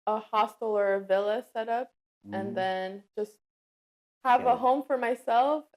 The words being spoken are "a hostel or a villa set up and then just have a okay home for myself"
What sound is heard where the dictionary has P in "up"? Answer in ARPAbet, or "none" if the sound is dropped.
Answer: P